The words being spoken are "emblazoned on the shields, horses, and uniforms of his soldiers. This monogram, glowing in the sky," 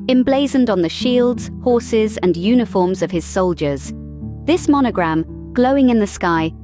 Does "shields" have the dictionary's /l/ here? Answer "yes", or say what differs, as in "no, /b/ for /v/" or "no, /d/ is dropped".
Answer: yes